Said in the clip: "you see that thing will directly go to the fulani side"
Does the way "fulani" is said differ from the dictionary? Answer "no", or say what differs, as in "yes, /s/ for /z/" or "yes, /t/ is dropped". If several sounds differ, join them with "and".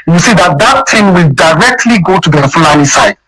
yes, /n/ is dropped